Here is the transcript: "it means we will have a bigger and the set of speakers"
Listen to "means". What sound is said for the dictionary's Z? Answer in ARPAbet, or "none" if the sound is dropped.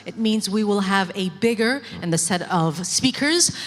Z